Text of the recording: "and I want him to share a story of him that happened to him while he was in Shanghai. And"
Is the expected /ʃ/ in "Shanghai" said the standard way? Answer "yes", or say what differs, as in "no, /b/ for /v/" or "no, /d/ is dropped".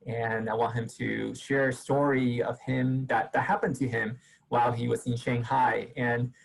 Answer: yes